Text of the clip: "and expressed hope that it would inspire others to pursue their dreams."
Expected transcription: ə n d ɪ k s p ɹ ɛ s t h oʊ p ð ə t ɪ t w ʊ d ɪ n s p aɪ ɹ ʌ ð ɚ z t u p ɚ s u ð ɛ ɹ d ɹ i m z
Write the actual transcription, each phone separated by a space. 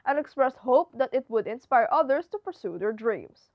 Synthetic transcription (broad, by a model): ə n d ɪ k s p ɹ ɛ s t h oʊ p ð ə t ɪ t w ʊ d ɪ n s p aɪ ɹ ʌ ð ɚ s t u p ɚ s u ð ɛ ɹ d ɹ i m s